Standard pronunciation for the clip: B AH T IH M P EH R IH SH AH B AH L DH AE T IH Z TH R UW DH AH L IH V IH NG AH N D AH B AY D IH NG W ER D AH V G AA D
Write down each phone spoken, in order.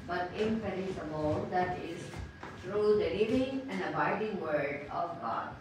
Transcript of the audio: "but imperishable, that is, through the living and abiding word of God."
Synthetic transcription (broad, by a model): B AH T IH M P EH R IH S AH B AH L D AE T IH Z T R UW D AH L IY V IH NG AH N D AH B AY D IH NG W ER D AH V G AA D